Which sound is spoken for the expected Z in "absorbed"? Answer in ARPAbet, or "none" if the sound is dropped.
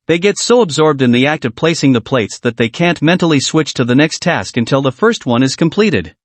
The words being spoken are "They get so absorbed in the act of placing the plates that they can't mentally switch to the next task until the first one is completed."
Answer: Z